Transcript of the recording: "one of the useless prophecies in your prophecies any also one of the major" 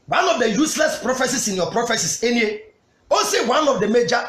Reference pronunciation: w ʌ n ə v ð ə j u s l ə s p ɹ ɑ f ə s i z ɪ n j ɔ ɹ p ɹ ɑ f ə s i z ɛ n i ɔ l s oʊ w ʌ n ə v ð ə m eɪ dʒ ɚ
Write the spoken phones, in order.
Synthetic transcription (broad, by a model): w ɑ n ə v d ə j u s l ə s p ɹ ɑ f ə s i s ɪ n j ɔ p ɹ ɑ f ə s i s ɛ n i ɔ s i w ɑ n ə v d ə m eɪ dʒ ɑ